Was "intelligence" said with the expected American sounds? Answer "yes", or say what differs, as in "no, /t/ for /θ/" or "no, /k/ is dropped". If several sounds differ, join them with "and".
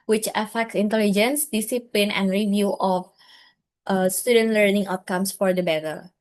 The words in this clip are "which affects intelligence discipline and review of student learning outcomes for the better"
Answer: yes